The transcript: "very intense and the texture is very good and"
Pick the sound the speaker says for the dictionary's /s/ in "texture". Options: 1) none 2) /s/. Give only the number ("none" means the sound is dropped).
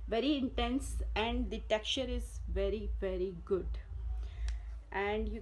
1